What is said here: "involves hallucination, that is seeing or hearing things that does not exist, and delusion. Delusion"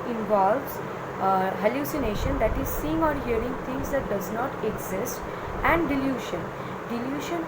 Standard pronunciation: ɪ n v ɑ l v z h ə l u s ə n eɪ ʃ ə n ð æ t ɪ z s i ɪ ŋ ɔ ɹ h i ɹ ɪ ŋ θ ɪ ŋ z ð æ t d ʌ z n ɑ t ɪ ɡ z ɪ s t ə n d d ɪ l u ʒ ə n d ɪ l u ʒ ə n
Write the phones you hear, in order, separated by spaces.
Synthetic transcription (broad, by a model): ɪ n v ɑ l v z h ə l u s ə n eɪ ʃ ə n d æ t ɪ z s i ɪ ŋ ɔ ɹ h i ɹ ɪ ŋ t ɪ ŋ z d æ t d ʌ z n ɑ t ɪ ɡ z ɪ s t ə n d d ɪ l u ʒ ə n d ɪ l u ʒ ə n